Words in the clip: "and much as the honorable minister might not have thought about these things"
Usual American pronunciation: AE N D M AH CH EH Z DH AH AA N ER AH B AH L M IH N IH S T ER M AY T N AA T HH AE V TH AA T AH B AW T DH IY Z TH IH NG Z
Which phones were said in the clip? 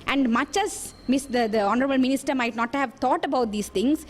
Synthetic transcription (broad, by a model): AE N D M AH CH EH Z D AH AA N ER AH B AH L M IH N IH S T ER M AY T N AA T HH AE V T AA T AH B AW T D IY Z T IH NG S